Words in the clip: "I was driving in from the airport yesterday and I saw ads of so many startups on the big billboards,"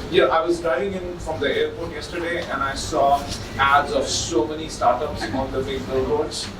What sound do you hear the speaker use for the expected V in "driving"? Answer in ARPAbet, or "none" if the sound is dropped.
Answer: none